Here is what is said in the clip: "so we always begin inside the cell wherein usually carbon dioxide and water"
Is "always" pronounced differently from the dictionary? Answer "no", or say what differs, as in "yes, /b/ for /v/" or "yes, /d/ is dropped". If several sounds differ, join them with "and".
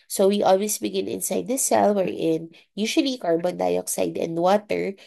yes, /s/ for /z/